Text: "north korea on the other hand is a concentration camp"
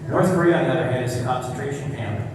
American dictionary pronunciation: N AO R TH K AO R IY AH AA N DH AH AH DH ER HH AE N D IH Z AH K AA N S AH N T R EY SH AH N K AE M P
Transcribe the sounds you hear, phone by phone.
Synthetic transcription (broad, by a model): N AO R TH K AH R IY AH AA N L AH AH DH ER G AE D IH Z AH K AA N S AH N T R EY SH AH N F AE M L